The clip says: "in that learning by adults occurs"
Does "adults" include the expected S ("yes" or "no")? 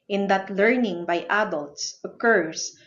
yes